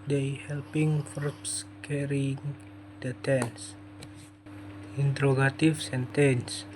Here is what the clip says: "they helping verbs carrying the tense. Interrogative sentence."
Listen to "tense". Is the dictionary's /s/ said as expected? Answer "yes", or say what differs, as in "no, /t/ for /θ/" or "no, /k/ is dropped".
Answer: yes